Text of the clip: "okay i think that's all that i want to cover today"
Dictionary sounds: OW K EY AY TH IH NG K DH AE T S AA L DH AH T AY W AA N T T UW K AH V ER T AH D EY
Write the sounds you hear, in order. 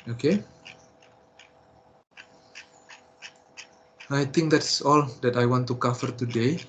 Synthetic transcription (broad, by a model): OW K EY AY T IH NG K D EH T S AA L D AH T AY W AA N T T UW K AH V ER T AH D EY